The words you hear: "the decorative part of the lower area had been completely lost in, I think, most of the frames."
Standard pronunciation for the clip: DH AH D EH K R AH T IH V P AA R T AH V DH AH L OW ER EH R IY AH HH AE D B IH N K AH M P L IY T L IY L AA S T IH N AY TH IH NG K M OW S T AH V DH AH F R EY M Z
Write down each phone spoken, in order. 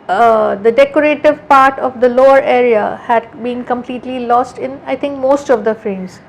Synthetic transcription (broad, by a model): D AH D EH K R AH T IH V P AA R T AH V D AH L OW ER EH R IY AH HH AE D B IH N K AH M P L IY T L IY L AA S T IH N AY T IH NG K M OW S T AH V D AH F R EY M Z